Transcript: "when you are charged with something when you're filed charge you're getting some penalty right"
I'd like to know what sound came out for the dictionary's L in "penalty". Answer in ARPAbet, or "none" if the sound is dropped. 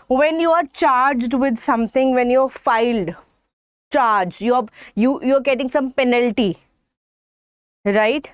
L